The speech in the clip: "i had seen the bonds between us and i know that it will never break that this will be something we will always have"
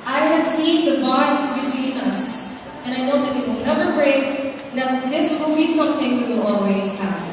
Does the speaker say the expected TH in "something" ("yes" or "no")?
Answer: yes